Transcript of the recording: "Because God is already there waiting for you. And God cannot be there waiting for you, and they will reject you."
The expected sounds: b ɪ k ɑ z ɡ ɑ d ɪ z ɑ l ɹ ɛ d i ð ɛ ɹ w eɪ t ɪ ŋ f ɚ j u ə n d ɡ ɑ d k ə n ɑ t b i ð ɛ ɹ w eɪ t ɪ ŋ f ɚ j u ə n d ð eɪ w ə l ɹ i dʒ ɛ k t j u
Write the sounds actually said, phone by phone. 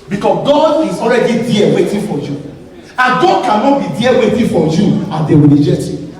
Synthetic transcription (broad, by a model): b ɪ k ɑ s ɡ ɑ d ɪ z ɑ l ɹ ɛ d i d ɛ w eɪ t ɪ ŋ f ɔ j u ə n ɡ ɑ d k ə n ɑ t b i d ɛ w eɪ t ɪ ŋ f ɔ j u ə n d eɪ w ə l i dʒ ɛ t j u